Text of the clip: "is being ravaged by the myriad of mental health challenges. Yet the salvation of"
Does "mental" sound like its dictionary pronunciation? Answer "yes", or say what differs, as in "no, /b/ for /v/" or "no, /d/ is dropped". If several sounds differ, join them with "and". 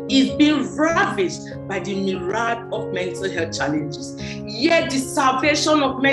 yes